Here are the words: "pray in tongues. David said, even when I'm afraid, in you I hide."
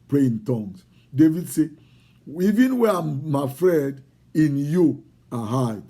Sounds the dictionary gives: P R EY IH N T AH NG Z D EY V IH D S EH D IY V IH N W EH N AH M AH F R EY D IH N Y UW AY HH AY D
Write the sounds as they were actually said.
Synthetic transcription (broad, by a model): P R EY IH N T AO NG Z D EY V IH D S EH IY V IH N W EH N AH M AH F R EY D IH N Y UW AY HH AY